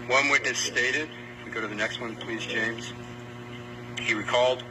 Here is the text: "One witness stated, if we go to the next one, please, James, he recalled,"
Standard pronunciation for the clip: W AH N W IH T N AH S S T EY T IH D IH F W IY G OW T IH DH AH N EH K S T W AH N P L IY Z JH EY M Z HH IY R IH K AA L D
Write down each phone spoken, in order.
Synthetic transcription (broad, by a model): W AH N W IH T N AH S S T EY T IH D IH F W IY G OW T IH DH AH N EH K S T W AH N P L IY Z JH EY M Z HH IY R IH K AA L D